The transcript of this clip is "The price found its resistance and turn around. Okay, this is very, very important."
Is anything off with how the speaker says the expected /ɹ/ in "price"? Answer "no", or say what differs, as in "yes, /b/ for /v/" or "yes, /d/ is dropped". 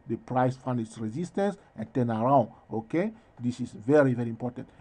no